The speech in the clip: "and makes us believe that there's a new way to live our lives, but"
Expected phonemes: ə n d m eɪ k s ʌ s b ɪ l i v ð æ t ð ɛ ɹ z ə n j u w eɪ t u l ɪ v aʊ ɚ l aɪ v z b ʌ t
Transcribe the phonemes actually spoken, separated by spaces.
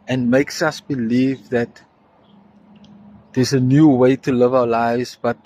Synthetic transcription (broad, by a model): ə n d m eɪ k s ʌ s b ɪ l i v ð æ t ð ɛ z ə n j u w eɪ t u l ɪ v aʊ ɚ l aɪ v z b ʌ t